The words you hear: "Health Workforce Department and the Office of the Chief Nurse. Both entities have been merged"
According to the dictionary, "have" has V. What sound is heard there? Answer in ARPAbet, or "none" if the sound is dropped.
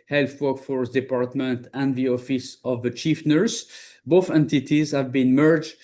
V